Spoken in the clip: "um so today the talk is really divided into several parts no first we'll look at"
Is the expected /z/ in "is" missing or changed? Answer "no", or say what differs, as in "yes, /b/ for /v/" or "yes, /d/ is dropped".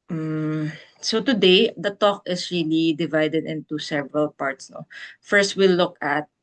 yes, /s/ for /z/